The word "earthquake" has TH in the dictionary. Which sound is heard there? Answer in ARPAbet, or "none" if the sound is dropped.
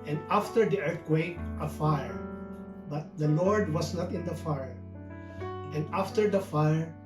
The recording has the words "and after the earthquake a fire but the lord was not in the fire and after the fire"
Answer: T